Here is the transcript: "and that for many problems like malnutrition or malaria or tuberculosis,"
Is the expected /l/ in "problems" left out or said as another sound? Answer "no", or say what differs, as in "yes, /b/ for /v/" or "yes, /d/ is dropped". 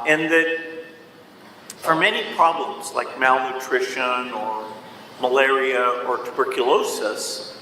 no